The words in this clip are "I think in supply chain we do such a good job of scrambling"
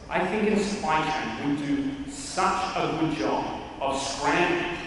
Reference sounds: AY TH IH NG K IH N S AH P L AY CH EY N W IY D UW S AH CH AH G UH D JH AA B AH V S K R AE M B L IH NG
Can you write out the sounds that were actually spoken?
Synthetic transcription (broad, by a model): AY TH IH NG K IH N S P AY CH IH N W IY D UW S AH CH AH G UH D JH AA B AH V S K R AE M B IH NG